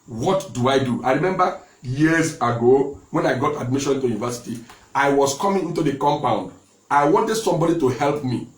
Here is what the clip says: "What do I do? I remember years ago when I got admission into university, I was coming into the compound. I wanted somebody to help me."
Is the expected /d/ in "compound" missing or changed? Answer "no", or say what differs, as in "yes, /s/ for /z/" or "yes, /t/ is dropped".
no